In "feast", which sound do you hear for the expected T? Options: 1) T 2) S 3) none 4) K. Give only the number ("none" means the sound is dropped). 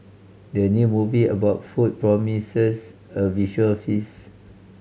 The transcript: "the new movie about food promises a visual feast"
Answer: 3